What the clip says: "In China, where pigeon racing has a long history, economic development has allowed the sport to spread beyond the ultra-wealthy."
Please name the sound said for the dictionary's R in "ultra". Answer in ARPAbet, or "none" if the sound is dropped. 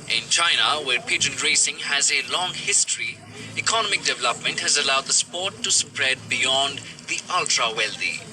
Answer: R